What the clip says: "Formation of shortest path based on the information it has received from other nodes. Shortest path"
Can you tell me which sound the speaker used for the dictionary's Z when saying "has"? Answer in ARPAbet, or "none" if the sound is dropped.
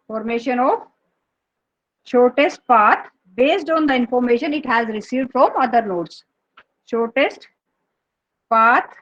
Z